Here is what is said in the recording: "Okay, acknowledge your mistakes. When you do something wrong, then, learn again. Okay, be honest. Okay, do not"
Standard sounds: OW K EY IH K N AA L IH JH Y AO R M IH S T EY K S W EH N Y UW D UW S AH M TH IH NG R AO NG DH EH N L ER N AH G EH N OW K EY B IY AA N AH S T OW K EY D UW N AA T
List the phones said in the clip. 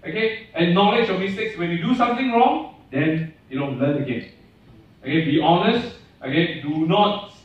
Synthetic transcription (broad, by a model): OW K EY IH N AA L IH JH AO M IH S T EY K S W EH N Y UW D UW S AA M T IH NG R AO NG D EH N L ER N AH G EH N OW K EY B IY AA N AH S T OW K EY D UW N AA T